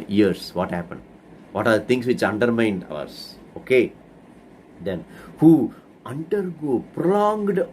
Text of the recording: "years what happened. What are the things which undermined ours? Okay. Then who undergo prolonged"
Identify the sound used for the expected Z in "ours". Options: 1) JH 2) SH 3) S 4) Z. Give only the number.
3